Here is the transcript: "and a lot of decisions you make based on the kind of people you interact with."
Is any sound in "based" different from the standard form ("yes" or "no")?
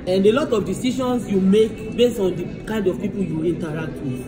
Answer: yes